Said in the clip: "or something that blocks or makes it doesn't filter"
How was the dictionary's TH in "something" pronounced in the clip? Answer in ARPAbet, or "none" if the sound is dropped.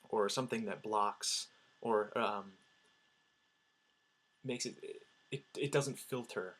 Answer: TH